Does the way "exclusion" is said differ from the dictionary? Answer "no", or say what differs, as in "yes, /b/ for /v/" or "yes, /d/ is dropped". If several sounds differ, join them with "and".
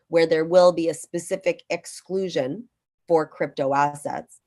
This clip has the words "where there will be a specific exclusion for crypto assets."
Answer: no